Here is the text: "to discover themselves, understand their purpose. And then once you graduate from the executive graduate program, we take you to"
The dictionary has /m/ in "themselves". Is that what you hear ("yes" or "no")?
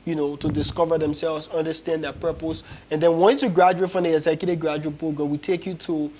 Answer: yes